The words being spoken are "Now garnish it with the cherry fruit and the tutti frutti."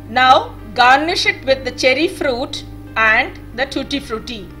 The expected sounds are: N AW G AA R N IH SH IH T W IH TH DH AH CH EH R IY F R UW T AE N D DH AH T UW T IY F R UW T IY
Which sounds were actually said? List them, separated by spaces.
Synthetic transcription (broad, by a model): N AW G AA R N IH SH IH T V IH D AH CH EH R IY F R UW T AE N D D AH T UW T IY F R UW T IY